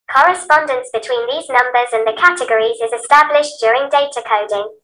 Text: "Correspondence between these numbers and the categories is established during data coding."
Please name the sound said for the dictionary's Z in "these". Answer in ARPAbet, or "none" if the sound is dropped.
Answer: Z